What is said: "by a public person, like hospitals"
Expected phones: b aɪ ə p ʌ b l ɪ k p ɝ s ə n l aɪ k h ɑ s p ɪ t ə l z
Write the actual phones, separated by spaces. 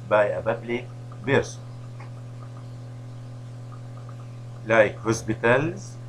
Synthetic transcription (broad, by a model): b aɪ ə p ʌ b l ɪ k b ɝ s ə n l aɪ k h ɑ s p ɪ t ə l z